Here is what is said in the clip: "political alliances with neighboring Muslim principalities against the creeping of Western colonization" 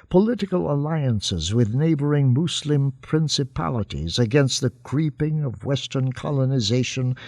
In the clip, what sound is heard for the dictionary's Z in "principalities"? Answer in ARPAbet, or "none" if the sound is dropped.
Z